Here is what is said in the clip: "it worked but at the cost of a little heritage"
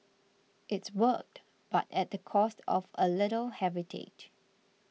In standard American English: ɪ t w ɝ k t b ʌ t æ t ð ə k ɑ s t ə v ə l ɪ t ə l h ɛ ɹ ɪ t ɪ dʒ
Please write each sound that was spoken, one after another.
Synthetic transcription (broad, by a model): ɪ t w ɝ k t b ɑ t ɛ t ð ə k ɑ s t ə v ə l ɪ t ə l h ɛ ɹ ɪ t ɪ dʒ